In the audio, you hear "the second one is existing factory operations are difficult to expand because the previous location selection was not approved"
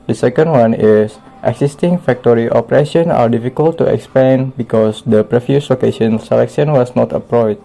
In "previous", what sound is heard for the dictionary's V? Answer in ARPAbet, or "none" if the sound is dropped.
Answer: F